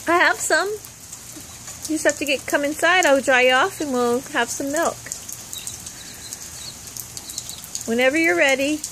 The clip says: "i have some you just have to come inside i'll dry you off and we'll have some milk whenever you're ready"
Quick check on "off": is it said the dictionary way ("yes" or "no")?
yes